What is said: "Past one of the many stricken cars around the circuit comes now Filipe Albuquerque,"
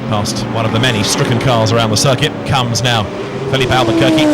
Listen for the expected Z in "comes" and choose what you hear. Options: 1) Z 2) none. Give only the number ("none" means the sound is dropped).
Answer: 1